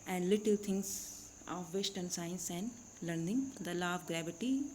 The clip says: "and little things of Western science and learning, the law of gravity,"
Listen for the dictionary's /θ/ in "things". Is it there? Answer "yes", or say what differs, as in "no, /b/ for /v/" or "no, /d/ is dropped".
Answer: no, /t/ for /θ/